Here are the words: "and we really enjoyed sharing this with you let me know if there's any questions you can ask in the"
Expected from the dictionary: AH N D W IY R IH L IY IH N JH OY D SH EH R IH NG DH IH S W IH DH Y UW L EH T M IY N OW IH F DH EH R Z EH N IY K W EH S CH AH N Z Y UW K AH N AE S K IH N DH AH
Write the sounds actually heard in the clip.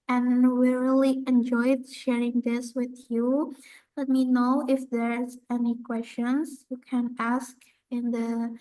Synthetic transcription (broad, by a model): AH N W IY R IH L IY IH N JH OY D SH EH R IH NG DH IH S W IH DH Y UW L EH T M IY N OW IH F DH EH R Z EH N IY K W EH S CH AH N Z Y UW K AH N AE S K IH N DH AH